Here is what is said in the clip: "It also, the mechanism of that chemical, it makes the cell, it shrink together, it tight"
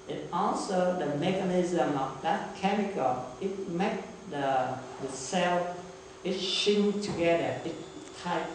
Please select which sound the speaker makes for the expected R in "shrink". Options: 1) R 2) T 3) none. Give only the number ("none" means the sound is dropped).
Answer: 3